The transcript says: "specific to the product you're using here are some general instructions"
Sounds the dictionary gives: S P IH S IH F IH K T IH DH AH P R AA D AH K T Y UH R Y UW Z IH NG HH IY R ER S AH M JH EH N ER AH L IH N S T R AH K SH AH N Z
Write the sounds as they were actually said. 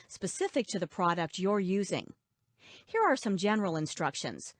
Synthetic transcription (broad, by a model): S P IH S IH F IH K T IH DH AH P R AA D AH K T Y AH R Y UW Z IH NG HH IY R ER S AH M JH EH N ER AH L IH N S T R AH K SH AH N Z